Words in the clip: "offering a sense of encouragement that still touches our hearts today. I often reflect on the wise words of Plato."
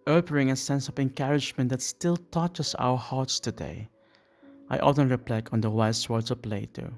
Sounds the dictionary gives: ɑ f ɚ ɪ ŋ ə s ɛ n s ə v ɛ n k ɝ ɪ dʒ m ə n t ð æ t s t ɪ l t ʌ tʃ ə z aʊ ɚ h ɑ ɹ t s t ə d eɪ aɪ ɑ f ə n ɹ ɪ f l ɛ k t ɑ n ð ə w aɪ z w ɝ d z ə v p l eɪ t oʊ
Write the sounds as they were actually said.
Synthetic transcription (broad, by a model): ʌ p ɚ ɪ ŋ ə s ɛ n s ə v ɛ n k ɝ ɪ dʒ m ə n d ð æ t s t ɪ l t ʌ tʃ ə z aʊ ɚ h ɑ ɹ t s t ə d eɪ aɪ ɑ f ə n ɹ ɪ p l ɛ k ɑ n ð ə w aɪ s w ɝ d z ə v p l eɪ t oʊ